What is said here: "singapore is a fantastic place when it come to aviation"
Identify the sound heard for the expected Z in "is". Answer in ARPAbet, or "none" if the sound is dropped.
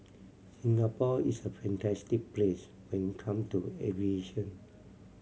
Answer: S